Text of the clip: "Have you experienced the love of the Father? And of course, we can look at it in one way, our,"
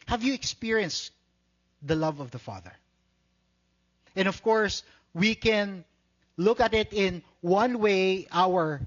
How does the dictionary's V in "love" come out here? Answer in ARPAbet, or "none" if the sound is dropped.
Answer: V